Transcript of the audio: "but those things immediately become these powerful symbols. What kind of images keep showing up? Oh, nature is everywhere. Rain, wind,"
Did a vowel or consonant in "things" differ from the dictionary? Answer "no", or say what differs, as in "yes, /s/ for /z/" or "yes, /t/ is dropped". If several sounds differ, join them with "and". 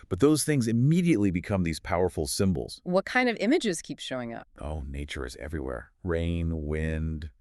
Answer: no